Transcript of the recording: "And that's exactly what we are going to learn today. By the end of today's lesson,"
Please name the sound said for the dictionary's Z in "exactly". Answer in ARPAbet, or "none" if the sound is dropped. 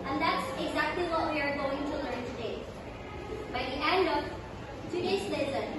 Z